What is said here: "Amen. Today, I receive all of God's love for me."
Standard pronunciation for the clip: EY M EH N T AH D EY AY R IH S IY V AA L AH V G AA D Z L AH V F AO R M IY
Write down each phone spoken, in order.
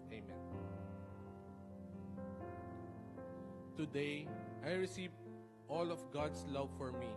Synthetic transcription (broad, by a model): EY M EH N T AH D EY AY R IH S IY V AA L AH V G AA D S L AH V F AO R M IY